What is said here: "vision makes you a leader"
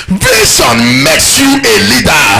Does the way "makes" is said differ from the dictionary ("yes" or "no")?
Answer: no